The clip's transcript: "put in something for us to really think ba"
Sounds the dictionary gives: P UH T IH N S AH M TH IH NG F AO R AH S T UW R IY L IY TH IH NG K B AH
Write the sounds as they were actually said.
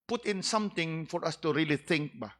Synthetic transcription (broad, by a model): P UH T IH N S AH M T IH NG F AO R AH S T UW R IY L IY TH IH NG K B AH